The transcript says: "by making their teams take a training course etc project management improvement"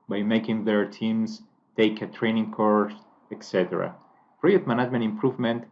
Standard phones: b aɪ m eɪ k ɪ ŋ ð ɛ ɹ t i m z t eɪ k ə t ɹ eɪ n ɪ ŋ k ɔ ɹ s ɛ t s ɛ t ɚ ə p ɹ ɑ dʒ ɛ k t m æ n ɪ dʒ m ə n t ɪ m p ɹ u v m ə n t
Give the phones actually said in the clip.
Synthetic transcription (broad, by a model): b aɪ m eɪ k ɪ ŋ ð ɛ ɹ t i m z t eɪ k ə t ɹ eɪ n ɪ ŋ k ɔ ɹ s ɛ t s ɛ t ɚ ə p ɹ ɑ ɛ t m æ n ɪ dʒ m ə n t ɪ m p ɹ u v m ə n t